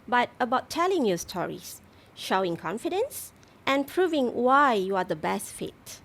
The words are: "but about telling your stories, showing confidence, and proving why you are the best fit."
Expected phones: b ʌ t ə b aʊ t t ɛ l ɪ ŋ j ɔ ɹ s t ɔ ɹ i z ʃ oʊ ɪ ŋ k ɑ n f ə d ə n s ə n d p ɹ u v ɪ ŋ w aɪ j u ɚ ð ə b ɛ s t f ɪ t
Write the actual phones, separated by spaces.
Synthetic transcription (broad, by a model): b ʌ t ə b aʊ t t ɛ l ɪ ŋ j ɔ s t ɔ ɹ i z ʃ oʊ ɪ ŋ k ɑ n f ə d ə n s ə n p ɹ u v ɪ ŋ w aɪ j u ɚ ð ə b ɛ s t f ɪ t